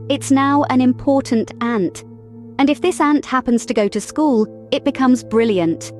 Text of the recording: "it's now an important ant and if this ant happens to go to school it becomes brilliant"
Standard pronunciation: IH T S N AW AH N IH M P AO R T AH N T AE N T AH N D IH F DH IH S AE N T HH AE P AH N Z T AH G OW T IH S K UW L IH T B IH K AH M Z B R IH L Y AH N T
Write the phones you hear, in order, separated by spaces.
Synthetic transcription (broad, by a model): IH T S N AW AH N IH M P AO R T N T AE N T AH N IH F DH IH S AE N T HH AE P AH N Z T AH G OW T IH S K UW L IH T B IH K AH M Z B R IH L Y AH N T